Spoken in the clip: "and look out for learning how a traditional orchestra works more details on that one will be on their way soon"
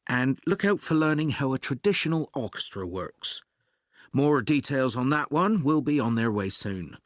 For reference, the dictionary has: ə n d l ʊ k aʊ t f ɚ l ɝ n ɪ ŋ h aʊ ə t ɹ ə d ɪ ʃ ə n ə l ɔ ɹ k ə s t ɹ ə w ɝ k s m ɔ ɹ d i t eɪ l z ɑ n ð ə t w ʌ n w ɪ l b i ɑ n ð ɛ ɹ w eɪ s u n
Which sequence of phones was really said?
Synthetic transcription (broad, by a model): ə n l ʊ k aʊ t f ɚ l ɝ n ɪ ŋ h aʊ ə t ɹ ə d ɪ ʃ ə n ə l ɔ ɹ k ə s t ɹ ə w ɝ k s m ɔ ɹ d i t eɪ l z n ð ə t w ʌ n w ɪ l b i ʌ n ð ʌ ɹ w eɪ s u n